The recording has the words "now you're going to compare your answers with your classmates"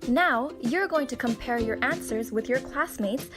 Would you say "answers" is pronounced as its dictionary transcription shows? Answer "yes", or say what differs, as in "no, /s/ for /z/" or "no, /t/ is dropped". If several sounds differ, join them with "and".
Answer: yes